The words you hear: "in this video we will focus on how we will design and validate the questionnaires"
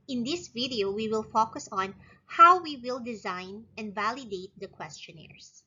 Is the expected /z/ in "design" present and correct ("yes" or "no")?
yes